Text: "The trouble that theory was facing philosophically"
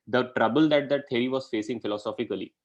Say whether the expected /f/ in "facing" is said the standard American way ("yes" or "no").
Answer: yes